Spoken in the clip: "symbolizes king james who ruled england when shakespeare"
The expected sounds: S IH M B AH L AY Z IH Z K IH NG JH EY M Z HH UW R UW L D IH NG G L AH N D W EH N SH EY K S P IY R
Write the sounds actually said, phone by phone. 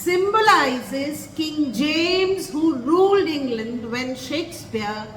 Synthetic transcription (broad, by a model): S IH M B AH L AY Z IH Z K IH NG JH EY M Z HH UW R UW L D IH NG G L AH N D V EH N SH EY K S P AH R